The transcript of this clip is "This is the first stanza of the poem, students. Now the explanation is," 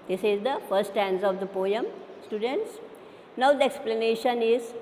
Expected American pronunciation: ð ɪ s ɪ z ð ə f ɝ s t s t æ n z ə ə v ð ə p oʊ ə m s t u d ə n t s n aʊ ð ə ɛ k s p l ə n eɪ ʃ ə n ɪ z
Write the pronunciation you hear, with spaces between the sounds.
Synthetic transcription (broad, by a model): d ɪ s ɪ z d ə f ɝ t s t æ n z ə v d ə p oʊ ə m s t u d ə n t s n aʊ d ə ɛ k s p l ə n eɪ ʃ ə n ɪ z